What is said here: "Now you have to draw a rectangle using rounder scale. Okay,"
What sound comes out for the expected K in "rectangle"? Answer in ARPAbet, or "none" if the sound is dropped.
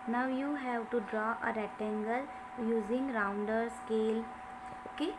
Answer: none